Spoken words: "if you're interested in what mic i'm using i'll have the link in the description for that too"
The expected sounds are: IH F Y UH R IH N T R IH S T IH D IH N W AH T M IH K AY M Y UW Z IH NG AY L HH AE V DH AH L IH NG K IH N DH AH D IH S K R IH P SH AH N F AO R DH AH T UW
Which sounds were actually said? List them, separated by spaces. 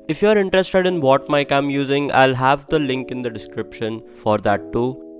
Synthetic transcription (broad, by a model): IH F Y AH R IH N T R IH S T IH D IH N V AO T M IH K AY M Y UW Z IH NG AY L HH AE V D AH L IH NG K IH N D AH D IH S K R IH P SH AH N F AO R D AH T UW